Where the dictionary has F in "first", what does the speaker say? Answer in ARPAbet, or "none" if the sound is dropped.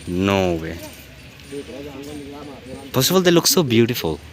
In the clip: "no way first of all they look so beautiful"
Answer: P